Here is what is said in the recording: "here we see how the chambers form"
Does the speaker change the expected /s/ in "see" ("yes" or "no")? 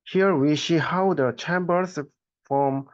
yes